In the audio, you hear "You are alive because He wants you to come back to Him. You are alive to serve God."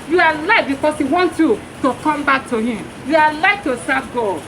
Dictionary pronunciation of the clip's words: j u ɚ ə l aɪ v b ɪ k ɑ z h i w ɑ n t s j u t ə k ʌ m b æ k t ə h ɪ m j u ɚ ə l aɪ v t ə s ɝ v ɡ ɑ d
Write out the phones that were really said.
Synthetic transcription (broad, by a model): j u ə l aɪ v b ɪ k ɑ s h i w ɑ n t j u t ə k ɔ m b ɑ k t ə h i m j u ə l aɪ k t ə s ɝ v ɡ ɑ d